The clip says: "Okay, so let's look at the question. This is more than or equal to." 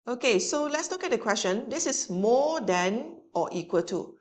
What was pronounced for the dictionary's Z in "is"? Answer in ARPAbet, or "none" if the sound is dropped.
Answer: S